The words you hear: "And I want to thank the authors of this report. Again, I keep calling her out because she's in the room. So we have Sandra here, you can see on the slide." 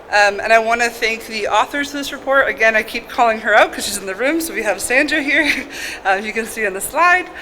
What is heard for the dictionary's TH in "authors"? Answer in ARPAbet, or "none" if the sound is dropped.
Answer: TH